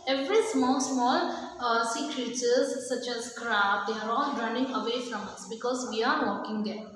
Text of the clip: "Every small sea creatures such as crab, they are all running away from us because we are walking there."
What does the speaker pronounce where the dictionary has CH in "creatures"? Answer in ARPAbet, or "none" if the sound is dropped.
S